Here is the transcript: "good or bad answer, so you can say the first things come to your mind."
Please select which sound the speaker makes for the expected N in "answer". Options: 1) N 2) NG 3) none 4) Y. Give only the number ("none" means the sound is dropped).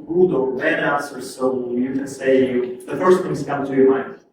3